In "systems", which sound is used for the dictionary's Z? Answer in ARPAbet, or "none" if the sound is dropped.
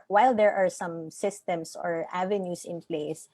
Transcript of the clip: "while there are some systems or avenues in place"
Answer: S